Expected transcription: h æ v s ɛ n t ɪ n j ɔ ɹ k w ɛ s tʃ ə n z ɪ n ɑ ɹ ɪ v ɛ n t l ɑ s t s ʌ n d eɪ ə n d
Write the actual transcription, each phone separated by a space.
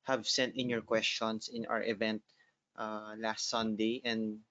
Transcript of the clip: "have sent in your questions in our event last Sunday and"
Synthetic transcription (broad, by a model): h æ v s ɛ n t ɪ n j ɔ ɹ k w ɛ s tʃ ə n s ɪ n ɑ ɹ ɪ v ɛ n t l ɑ s t s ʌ n d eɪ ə n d